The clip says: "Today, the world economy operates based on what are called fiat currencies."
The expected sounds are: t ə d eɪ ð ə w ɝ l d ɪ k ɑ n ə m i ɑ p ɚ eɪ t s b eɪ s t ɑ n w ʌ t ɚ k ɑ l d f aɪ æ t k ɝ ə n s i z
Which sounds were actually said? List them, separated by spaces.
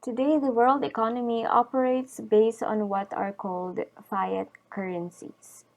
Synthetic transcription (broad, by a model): t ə d eɪ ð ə w ɝ l d ɪ k ɑ n ə m i ɑ p ɚ eɪ t s b eɪ s t ɑ n w ʌ t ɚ k ɑ l d f aɪ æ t k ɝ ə n s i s